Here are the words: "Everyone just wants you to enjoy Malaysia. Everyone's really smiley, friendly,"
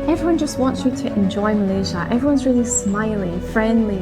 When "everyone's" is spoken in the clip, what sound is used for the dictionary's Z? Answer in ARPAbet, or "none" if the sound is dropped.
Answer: Z